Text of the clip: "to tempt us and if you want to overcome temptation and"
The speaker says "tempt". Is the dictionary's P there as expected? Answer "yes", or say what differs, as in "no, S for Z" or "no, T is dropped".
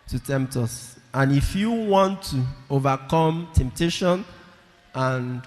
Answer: yes